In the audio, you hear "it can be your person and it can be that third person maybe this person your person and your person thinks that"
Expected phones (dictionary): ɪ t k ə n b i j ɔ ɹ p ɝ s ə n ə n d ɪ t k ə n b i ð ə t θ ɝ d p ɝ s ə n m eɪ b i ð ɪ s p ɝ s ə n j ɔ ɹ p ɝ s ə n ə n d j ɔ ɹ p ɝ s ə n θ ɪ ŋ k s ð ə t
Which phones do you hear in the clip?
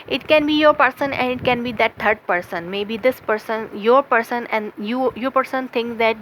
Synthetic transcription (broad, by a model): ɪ t k ə n b i j ɔ ɹ p ɝ s ə n ə n d ɪ t k ə n b i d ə t t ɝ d p ɝ s ə n m eɪ b i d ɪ s p ɝ s ə n j ɔ ɹ p ɝ s ə n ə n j j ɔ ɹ p ɝ s ə n t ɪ ŋ k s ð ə t